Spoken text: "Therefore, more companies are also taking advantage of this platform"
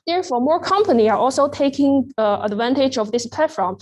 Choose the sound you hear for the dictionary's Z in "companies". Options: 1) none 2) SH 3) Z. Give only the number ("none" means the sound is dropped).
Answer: 1